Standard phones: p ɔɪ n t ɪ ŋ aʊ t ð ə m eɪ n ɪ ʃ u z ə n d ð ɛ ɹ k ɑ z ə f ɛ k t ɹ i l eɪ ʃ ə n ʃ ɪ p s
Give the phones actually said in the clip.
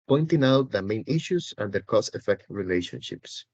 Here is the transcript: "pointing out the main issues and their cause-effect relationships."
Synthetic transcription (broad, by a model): p ɔɪ n t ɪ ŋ aʊ t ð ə m eɪ n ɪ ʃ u s ə n d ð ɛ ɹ k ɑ s ə f ɛ k t ɹ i l eɪ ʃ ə n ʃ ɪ p s